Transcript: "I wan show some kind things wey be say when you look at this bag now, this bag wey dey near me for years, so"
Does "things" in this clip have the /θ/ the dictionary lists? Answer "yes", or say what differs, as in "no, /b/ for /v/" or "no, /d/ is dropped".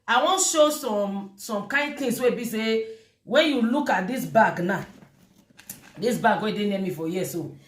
no, /t/ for /θ/